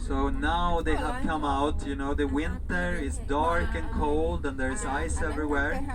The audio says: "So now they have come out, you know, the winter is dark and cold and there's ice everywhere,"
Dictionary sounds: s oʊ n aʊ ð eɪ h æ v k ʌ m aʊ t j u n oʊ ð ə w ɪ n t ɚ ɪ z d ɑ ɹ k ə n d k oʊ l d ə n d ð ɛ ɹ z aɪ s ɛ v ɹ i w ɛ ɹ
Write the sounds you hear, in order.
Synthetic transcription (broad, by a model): s oʊ n aʊ ð eɪ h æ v k ʌ m aʊ t j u n oʊ ð ə w ɪ n t ɚ ɪ z d ɑ ɹ k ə n k oʊ l d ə n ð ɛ ɹ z aɪ s ɛ v ɹ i w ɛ ɹ